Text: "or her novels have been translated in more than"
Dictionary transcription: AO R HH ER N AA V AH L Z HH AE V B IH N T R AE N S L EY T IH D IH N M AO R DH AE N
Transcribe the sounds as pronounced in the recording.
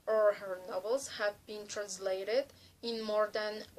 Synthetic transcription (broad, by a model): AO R HH ER N AA V AH L Z HH AE V B IH N T R AE N S L EY T IH D IH N M AO R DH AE N